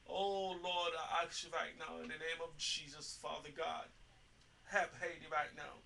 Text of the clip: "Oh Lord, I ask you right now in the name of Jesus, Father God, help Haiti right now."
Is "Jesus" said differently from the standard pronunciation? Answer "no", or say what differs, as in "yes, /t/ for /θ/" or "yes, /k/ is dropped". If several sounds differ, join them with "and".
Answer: no